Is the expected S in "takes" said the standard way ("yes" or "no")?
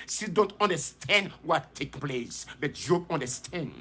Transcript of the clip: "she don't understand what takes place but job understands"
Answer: no